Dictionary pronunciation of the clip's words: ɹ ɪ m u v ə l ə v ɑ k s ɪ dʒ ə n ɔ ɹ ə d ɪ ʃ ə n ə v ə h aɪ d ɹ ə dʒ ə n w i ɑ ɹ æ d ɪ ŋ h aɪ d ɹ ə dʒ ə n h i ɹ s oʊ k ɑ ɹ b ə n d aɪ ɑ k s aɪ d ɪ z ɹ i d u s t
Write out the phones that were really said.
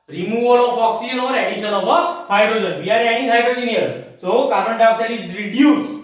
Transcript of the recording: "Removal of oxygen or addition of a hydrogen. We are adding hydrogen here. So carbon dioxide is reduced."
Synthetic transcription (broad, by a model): ɹ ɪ m u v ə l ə f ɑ k s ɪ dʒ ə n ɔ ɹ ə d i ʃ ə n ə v ə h aɪ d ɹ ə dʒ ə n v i ɑ ɹ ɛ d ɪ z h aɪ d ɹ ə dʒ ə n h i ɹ s oʊ k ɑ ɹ ə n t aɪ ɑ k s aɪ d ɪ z ɹ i d u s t